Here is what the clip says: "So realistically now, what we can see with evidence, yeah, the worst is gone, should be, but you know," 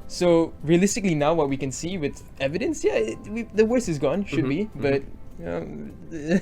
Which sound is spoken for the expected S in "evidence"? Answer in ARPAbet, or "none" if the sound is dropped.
S